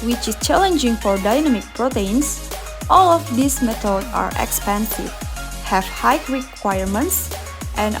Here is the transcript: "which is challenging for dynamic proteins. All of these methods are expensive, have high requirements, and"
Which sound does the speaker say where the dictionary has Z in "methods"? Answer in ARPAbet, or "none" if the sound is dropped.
none